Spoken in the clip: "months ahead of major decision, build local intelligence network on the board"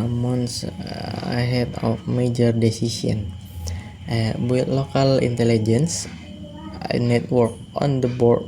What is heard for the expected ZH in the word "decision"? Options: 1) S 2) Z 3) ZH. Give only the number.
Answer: 1